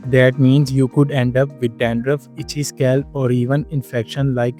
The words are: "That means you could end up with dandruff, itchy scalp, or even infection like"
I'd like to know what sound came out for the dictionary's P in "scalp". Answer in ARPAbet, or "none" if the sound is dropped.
none